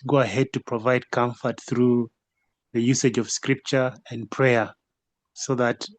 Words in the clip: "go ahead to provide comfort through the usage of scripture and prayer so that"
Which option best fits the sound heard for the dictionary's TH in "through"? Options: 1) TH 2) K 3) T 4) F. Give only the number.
1